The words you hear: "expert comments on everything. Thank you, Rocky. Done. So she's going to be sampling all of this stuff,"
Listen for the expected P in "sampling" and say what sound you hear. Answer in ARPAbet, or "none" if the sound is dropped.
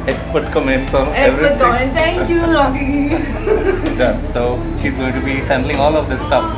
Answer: B